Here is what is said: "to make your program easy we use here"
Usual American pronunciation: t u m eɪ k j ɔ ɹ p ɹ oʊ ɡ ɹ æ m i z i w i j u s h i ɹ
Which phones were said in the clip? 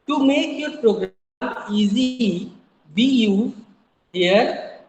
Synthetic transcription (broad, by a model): t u m eɪ k j ɔ ɹ p ɹ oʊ ɡ ɹ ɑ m i z i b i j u h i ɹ